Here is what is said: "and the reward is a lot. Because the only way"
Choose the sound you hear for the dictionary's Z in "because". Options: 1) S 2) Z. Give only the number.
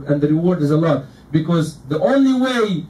2